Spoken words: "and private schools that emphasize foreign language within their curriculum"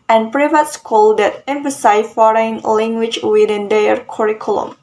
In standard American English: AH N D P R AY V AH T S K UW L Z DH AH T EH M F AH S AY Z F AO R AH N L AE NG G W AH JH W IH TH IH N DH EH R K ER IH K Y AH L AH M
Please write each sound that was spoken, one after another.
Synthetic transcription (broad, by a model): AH N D P R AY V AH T S K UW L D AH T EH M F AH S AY F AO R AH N L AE NG G W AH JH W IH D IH N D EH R K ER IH K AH L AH M